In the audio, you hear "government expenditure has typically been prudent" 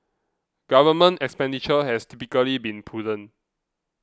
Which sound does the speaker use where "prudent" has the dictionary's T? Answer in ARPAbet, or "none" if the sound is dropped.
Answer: none